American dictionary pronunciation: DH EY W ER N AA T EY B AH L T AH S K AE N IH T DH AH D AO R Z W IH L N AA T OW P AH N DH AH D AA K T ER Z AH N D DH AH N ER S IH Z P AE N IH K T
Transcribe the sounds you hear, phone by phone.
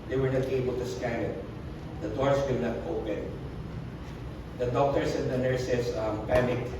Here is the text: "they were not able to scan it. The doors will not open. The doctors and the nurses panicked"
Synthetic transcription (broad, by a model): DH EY W ER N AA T EY B AH L T AH S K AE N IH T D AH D AO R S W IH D N AA T OW P AH N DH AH D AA K T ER S AH N D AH N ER S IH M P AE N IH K